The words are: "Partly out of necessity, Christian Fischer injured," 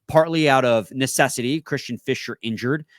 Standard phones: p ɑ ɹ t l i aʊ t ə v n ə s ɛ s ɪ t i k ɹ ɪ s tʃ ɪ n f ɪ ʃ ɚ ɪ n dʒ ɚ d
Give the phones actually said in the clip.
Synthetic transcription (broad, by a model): p ɑ ɹ t l i aʊ t ə v n ə s ɛ s ɪ t i k ɹ ɪ s tʃ ɪ n f ɪ ʃ ɚ ɪ n dʒ ɚ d